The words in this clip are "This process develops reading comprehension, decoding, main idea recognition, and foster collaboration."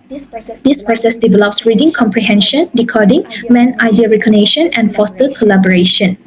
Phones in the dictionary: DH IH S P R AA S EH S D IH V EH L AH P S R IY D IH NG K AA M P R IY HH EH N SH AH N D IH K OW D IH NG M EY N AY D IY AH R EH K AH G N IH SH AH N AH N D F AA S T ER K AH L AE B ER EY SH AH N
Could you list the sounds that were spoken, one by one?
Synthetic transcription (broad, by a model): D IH S P R AA S EH S D IH V EH L AH P S R IY D IH NG K AA M P R IY HH EH N SH AH N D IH K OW D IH NG M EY N AY D IY AH R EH K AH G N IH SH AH N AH N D F AA S T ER K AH L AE B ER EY SH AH N